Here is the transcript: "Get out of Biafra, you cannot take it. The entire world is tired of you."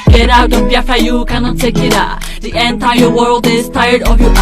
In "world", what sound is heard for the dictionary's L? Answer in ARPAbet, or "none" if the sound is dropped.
L